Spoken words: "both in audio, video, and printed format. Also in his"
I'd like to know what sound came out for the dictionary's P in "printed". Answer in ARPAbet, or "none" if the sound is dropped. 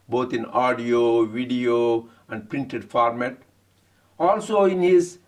P